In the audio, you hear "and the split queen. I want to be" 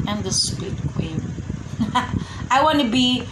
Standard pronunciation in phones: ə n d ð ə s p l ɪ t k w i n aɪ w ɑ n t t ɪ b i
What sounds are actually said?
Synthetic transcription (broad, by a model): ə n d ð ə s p ɪ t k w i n aɪ w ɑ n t t ɪ b i